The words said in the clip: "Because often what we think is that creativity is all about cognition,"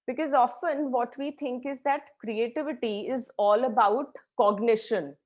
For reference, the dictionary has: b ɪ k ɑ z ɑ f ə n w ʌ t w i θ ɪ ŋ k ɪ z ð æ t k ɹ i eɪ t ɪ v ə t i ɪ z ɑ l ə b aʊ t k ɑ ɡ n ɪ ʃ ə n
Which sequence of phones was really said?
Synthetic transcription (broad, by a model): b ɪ k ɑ z ɑ f ə n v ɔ t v i t ɪ ŋ k ɪ z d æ t k ɹ i eɪ t ɪ v ə t i ɪ z ɑ l ə b aʊ t k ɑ ɡ n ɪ ʃ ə n